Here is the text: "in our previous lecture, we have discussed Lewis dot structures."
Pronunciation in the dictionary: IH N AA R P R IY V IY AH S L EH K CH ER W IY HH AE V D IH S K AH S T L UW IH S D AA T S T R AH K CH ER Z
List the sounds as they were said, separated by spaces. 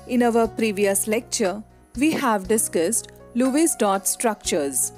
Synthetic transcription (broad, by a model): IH N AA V P R IY V IY AH S L EH K CH ER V IY HH AE V D IH S K AH S T L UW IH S D AA T S T R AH K CH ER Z